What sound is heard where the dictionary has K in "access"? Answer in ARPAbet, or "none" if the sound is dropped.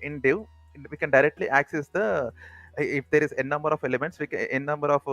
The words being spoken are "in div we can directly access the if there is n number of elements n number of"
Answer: K